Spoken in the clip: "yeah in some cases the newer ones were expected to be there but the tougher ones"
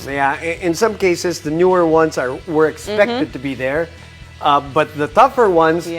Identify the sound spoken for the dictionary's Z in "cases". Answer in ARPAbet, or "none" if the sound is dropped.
Z